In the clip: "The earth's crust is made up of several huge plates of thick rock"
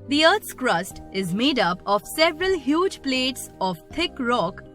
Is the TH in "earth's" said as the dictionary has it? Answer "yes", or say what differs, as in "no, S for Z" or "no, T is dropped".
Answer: no, T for TH